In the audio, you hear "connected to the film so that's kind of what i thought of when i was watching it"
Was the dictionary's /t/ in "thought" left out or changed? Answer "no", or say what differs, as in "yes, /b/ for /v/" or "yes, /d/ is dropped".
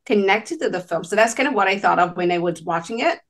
no